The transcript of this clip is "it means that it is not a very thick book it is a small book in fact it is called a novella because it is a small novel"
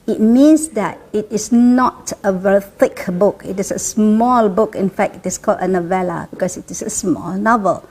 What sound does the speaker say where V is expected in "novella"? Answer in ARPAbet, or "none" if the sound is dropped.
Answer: V